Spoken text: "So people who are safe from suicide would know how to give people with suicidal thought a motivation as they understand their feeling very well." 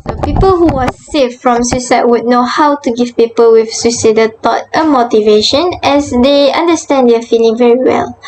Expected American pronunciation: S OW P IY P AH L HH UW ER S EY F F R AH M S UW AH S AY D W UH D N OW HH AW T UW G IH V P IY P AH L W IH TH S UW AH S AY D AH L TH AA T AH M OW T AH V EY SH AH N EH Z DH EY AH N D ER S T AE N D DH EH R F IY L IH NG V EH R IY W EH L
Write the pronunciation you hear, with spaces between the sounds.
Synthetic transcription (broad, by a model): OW P IY P AH L HH UW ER S EY F F R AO M S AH S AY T W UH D N OW HH AW T UW G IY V P IY P AH L W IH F S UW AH S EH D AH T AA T AH M OW T AH V EY SH AH N EH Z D EY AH N D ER S T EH N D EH F IY L IH NG V EH R IY W EH L